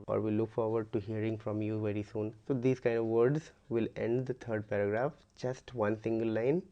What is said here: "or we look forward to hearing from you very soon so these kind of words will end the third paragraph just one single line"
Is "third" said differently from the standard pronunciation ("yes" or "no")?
yes